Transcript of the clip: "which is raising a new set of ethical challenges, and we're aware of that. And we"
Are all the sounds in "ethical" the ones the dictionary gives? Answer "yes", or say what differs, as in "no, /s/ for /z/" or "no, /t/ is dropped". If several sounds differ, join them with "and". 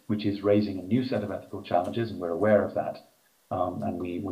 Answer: yes